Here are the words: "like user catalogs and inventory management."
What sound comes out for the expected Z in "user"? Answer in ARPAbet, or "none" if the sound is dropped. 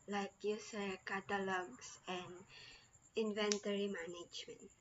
S